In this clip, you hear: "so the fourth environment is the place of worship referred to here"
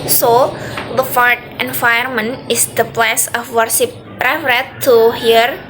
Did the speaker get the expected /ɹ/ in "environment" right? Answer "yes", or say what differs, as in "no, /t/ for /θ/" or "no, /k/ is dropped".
no, /ɹ/ is dropped